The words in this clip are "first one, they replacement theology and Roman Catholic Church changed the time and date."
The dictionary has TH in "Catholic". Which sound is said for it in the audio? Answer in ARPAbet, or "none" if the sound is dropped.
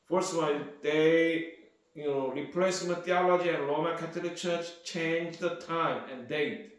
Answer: T